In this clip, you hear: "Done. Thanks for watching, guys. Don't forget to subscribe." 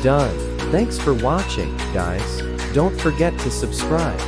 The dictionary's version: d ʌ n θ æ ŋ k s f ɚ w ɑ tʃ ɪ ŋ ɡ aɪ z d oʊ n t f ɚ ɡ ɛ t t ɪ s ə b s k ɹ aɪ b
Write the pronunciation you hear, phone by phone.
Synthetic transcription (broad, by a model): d ʌ n θ æ ŋ k s f ɚ w ɑ tʃ ɪ ŋ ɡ aɪ s d oʊ n t f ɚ ɡ ɛ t t ɪ s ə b s k ɹ aɪ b